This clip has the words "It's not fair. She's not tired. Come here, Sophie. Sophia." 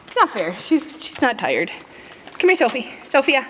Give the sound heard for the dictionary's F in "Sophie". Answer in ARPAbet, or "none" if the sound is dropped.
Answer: F